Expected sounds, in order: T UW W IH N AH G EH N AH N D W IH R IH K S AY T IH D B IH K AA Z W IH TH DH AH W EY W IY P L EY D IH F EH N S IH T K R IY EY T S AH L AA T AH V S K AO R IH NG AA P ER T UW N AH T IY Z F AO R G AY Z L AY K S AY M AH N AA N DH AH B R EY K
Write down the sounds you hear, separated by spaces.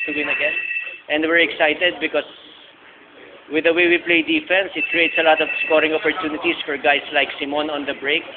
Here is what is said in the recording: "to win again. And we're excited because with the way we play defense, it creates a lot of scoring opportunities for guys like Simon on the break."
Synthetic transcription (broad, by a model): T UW W IH N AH G EH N AH N D W IH R IH K S AY T IH D B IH K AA S W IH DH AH W EY W IY P L EY D IH F EH N S IH T K R IY EY T S AH L AA T AH V S K AO R IH NG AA P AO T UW N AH T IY S F AO R G AY S L AY K S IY M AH N AA N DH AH B R EY K